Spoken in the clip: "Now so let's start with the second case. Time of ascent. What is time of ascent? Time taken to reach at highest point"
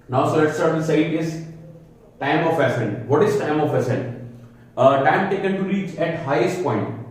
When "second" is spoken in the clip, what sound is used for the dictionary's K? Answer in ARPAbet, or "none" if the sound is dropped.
none